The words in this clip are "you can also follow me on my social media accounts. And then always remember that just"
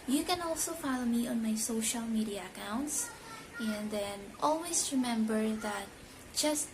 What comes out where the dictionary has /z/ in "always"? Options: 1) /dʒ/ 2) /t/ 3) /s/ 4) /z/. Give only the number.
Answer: 3